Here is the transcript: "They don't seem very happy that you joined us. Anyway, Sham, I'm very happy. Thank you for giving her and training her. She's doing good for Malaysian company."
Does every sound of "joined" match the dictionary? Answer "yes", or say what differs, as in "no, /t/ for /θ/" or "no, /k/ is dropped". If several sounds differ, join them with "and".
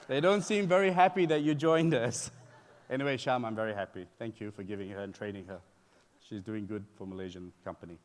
yes